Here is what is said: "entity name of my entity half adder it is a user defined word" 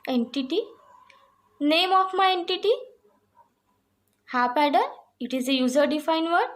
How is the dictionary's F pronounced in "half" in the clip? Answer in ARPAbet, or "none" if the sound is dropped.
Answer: P